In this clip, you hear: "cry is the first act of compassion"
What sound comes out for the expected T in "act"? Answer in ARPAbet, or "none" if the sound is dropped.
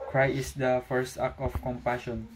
none